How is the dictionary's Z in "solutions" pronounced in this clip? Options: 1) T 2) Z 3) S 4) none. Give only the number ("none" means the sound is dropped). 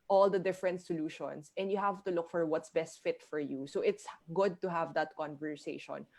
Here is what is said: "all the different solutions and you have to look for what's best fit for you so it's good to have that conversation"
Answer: 3